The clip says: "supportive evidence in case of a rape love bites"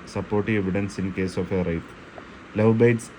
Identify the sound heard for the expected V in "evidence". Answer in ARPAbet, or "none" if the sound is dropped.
V